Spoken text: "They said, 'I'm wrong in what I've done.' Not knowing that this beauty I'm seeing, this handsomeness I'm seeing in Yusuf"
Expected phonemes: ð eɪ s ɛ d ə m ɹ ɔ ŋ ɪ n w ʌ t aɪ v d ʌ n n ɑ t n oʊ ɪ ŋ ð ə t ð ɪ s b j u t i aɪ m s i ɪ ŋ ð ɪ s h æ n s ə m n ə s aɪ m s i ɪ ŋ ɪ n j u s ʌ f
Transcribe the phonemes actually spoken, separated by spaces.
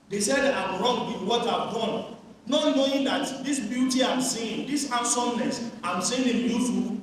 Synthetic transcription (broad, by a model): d eɪ s ɛ d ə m ɹ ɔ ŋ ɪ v w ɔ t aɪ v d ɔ n n ɑ t n oʊ ɪ ŋ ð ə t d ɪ s b j u t i aɪ m s i ɪ ŋ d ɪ s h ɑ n s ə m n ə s aɪ m s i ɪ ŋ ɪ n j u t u